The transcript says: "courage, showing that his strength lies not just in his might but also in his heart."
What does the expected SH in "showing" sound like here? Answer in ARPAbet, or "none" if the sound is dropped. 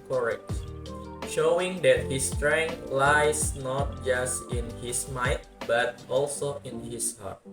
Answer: SH